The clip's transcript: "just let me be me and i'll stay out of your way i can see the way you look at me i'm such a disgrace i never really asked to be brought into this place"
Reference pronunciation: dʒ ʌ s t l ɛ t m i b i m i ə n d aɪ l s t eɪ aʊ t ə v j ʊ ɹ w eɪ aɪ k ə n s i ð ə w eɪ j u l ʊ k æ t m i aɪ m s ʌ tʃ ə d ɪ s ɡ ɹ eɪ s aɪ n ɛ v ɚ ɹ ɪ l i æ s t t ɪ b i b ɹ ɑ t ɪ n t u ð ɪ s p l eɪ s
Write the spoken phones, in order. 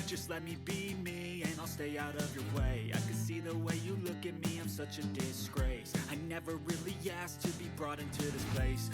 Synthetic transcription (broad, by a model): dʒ ʌ s t l ɛ t m i b i m i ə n aɪ l s t eɪ aʊ t ə v j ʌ ɹ w eɪ aɪ k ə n s i ð ə w eɪ j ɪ l ʊ k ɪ t m i aɪ m s ʌ tʃ ə d ɪ s ɡ ɹ eɪ s aɪ n ɛ v ɚ ɹ ɪ l i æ s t t ɪ b i b ɹ ɑ t ɪ n t u ð ɪ s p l eɪ s